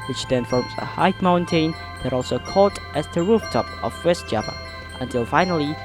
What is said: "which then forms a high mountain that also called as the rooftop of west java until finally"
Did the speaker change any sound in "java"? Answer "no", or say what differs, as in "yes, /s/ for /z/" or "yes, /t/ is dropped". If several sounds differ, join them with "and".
yes, /p/ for /v/